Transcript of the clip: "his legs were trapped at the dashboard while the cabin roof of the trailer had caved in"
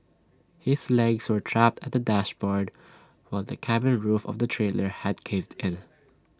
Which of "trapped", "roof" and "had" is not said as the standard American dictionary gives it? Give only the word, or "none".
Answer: none